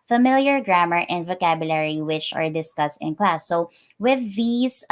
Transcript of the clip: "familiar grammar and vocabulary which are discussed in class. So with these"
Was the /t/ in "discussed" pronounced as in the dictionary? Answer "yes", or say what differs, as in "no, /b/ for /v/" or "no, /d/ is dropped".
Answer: yes